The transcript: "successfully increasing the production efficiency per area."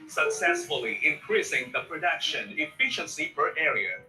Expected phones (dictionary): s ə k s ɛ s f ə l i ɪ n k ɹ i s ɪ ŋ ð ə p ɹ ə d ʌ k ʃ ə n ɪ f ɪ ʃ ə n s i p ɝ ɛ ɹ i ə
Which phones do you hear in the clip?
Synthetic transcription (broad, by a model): s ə k s ɛ s f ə l i ɪ n k ɹ i s ɪ ŋ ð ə p ɹ ə d ʌ k ʃ ə n ɪ f ɪ ʃ ə n s i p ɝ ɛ ɹ i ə